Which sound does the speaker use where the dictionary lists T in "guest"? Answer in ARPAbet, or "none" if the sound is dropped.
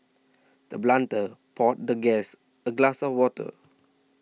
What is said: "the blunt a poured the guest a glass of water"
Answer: none